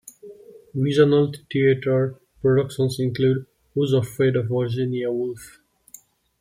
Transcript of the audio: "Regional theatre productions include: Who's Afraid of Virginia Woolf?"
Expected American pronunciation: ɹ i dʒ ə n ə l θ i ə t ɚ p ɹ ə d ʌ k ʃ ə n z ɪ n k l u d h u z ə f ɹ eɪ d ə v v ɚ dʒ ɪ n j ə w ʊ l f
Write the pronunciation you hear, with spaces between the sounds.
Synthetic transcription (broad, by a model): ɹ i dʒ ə n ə l t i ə t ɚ p ɹ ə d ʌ k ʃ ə n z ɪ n k l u d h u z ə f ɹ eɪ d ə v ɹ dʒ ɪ n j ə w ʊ l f